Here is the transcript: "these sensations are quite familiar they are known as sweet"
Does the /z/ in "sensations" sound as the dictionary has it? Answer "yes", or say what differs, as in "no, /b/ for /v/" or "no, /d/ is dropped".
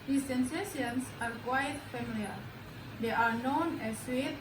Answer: no, /s/ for /z/